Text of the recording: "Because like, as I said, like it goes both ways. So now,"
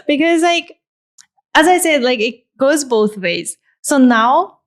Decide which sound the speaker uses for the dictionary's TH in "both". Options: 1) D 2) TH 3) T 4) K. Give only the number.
2